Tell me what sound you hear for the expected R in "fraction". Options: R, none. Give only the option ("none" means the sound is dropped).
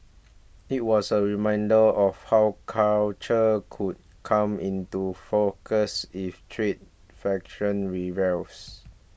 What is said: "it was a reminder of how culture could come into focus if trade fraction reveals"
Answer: none